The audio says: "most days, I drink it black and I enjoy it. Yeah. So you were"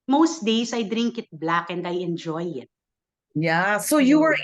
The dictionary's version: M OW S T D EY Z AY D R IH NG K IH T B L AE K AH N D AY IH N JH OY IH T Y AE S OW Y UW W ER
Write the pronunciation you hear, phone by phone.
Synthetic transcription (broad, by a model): M OW S T D EY S AY D R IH NG K IH T B L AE K AH N D AY IH N JH OY IH T Y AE S OW Y UW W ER